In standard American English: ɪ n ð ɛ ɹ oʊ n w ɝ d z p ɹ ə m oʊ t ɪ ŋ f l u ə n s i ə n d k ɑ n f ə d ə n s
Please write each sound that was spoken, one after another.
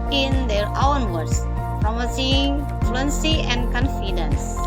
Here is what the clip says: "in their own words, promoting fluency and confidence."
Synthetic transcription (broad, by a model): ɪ n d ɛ ɹ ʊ n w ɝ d s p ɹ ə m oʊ s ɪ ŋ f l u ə n s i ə n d k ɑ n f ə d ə n s